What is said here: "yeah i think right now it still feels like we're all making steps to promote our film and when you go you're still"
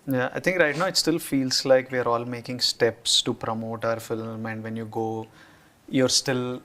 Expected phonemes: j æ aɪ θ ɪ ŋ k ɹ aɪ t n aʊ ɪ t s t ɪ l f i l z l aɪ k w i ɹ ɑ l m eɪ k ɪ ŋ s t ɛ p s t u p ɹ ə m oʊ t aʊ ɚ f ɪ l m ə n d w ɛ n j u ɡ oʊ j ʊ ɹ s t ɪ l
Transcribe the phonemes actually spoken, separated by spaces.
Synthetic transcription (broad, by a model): j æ aɪ t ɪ ŋ k ɹ aɪ t n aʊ ɪ t s t ɪ l f i l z l aɪ k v i ɹ ɑ l m eɪ k ɪ ŋ s t ɛ p s t u p ɹ ə m oʊ t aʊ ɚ f ɪ l m ə n d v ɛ n j u ɡ oʊ j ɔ ɹ s t ɪ l